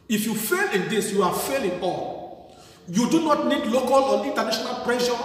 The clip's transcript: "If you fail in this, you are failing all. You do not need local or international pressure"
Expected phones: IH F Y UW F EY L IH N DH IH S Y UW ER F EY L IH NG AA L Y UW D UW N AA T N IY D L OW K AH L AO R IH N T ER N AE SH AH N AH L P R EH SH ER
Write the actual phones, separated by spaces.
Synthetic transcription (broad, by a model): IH F Y UW F EY L IH N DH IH S Y UW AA F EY L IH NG AA L Y UW D UW N AA T N IY D L OW K AH L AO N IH N T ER N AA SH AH N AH L P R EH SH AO